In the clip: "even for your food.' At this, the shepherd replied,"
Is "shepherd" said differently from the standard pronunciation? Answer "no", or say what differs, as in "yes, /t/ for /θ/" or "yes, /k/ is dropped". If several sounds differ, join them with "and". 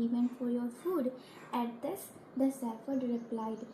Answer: yes, /s/ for /ʃ/ and /f/ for /p/